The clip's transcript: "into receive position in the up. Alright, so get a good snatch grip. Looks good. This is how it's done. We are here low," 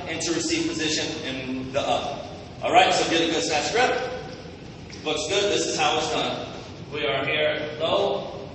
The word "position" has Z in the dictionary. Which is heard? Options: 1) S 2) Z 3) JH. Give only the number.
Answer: 2